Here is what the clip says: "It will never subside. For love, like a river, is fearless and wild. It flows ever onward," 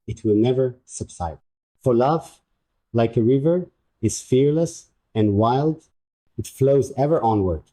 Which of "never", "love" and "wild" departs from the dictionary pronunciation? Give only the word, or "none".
none